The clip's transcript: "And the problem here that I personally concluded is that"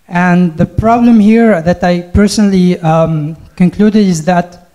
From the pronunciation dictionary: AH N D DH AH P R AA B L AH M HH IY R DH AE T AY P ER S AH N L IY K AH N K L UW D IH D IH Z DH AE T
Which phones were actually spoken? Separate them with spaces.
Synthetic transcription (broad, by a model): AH N DH AH P R AA B L AH M HH IY R DH AE T AY P ER S AH N L IY K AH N K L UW D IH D IH Z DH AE T